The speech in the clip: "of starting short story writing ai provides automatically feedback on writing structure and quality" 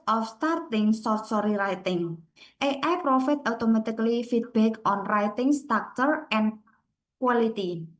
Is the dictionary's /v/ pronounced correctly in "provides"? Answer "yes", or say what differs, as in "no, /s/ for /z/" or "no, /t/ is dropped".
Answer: no, /f/ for /v/